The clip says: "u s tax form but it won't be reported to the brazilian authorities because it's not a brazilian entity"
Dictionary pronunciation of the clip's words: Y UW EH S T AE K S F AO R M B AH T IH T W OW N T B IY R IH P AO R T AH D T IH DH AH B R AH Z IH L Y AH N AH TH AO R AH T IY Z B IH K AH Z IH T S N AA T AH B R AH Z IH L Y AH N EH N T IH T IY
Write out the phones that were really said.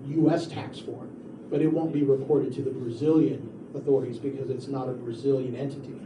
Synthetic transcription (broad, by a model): Y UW EH S T AE K S F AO R B AH T IH T W OW N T B IY R IH P AO R T AH D T IH DH AH B R AH Z IH L Y AH N AH TH AO R AH T IY Z B IH K AH Z IH T S N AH T AH B R AH Z IH L Y AH N EH N T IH T IY